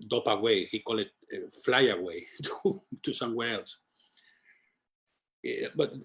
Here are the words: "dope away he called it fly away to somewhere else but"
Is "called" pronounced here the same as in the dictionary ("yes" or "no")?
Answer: no